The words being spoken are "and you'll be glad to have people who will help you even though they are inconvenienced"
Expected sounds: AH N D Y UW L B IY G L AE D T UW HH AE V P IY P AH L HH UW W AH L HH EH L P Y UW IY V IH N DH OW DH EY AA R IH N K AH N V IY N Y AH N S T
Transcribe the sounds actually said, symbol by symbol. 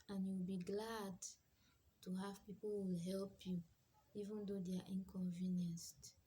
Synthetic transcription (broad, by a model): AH N Y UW W B IY G L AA D T UW HH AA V P IY P AH L W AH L HH EH L P Y UW IY V IH N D OW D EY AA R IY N K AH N V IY N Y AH N S T